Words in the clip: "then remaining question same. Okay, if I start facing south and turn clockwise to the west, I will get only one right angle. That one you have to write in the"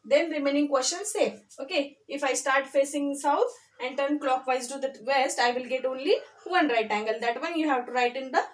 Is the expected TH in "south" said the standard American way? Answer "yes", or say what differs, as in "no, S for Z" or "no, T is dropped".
no, T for TH